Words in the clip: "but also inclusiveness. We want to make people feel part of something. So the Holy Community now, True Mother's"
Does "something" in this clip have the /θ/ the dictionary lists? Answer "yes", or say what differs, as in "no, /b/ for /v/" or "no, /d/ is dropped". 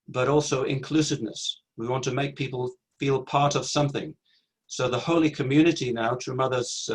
yes